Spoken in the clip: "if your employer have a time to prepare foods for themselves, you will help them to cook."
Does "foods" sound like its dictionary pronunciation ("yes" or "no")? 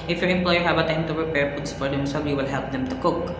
no